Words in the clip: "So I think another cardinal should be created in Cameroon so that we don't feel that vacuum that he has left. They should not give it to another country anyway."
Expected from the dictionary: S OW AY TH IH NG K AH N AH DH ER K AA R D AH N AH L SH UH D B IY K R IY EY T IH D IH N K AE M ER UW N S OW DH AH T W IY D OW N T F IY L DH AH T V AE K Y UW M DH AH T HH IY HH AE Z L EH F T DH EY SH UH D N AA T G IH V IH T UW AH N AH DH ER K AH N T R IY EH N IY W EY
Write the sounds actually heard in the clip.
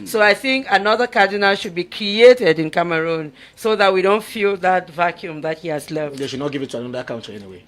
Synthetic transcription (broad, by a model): S OW AY TH IH NG K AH N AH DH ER K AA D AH N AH L SH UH D B IY K R IY EY T IH D IH N K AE M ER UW N S OW DH AH T W IY D OW N T F IY L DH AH T V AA K Y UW M DH AH T HH IY HH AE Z L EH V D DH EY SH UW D N AA T G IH V IH T UW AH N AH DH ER K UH N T IY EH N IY W EY